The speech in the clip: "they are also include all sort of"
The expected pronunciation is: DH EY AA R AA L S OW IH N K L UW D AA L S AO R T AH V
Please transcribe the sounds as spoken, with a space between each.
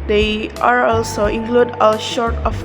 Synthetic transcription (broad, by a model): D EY AA R AA L S OW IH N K L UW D AA L SH AO R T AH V